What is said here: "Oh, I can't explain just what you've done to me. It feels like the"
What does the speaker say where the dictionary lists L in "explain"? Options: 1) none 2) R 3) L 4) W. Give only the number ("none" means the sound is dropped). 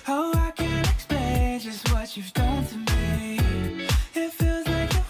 1